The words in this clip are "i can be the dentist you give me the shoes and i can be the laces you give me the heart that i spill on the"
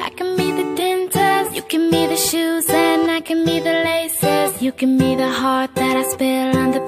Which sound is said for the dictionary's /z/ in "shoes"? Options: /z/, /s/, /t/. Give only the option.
/z/